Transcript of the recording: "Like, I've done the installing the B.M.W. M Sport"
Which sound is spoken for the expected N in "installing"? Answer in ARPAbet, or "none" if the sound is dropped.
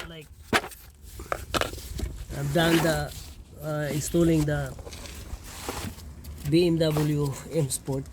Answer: none